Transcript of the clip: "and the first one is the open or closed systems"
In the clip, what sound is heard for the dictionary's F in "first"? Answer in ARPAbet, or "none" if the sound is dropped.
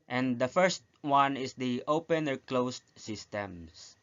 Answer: F